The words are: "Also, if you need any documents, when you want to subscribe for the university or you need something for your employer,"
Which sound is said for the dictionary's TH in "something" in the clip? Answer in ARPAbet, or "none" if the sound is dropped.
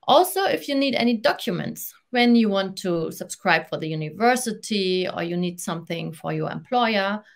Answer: TH